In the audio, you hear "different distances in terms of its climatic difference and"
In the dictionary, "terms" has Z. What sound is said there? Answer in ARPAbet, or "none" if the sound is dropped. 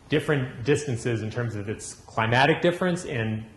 Z